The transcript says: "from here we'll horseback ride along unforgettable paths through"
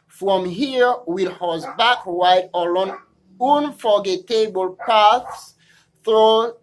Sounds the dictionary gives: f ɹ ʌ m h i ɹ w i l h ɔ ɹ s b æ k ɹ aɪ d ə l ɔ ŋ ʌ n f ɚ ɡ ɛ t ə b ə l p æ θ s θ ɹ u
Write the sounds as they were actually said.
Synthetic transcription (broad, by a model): f ɹ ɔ m h i ɹ w i l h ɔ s b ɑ k w aɪ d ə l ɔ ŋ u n f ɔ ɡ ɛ t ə b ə l p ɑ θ s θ ɹ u